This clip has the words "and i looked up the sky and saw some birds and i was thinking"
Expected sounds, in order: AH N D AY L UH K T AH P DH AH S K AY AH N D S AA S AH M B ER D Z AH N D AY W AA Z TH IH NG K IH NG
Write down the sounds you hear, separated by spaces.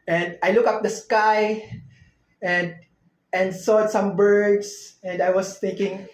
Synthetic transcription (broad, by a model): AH N D AY L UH K AH P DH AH S K AY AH N D S AA S AH M B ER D S AH N D AY W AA S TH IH NG K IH NG